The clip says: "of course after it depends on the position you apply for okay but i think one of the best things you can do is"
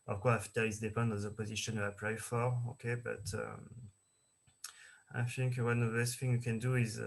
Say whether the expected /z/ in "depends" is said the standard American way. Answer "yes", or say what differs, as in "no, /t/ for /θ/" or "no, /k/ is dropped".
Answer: no, /z/ is dropped